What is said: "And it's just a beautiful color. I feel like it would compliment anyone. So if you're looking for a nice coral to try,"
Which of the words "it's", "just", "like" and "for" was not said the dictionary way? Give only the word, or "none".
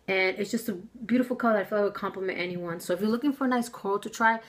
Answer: like